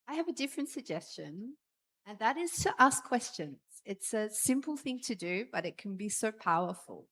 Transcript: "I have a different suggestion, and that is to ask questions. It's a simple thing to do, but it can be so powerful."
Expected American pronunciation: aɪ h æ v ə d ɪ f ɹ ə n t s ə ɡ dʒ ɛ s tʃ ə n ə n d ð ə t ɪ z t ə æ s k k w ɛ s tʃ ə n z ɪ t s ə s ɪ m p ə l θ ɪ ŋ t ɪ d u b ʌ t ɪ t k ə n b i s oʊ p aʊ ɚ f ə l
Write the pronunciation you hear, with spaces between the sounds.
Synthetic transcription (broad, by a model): aɪ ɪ v ə d ɪ f ɹ ə n t s ə ɡ dʒ ɛ s tʃ ə n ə n ð ə t ɪ z t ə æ s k k w ɛ s tʃ ə n z ɪ t s ə s ɪ m p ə l θ ɪ ŋ t ɪ d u b ʌ t ɪ t k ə n b i s oʊ p aʊ ɚ f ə l